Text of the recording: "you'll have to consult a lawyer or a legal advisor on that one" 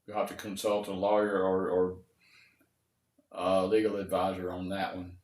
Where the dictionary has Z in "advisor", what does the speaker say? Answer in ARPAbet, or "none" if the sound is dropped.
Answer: Z